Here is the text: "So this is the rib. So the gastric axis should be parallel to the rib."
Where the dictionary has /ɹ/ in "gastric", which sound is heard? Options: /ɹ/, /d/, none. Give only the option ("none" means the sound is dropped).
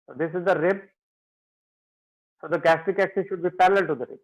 none